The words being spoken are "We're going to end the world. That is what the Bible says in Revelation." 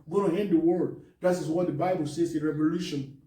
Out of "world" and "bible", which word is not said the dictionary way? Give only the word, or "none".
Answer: world